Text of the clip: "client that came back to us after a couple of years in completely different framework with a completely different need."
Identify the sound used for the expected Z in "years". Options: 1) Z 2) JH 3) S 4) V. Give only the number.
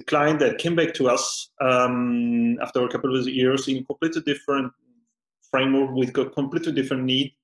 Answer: 3